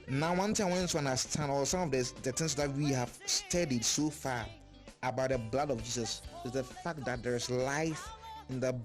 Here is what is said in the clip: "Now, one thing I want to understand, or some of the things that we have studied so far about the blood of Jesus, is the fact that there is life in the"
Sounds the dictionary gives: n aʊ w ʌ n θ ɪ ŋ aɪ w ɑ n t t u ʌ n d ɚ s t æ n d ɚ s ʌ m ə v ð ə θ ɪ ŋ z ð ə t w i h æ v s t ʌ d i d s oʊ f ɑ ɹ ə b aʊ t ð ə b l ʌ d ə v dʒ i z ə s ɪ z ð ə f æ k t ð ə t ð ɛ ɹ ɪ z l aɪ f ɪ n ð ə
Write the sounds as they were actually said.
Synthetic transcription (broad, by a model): n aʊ w ʌ n t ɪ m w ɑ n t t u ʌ n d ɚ s t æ n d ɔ s ʌ m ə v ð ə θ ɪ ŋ s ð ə t w i h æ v s t ʌ d i d s oʊ f ɑ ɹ ə b aʊ t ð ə b l ʌ d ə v dʒ i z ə s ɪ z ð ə f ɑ k t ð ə t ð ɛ ɹ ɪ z l aɪ f ɪ n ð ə